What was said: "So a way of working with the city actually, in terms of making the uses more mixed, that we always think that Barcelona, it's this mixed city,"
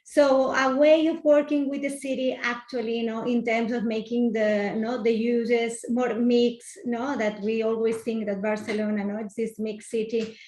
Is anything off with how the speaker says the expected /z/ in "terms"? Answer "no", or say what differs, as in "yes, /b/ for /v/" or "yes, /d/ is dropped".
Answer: yes, /s/ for /z/